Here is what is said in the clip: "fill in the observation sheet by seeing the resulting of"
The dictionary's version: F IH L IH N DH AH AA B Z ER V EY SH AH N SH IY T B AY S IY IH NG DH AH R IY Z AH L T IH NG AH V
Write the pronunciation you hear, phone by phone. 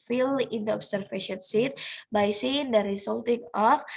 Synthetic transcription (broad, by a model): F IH L IH N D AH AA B S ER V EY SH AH N S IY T B AY S IY IH NG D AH R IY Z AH L T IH NG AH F